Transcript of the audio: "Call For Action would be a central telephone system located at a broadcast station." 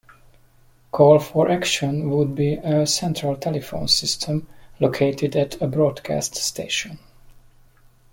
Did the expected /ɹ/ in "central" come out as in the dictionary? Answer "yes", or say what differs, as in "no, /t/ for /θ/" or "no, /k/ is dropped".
yes